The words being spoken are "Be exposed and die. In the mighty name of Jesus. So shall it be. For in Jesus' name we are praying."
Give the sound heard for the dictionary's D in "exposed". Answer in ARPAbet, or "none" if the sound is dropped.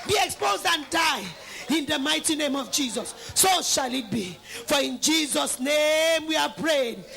D